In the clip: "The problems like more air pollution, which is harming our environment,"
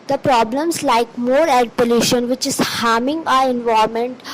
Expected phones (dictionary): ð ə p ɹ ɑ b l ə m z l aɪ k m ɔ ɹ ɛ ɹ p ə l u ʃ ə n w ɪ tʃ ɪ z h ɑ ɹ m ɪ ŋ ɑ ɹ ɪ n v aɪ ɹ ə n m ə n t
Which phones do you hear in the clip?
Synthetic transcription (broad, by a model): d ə p ɹ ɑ b l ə m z l aɪ k m ɔ ɹ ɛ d p ə l u ʃ ə n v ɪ tʃ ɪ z h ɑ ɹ m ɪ ŋ ɑ ɹ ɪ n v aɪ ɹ m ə n t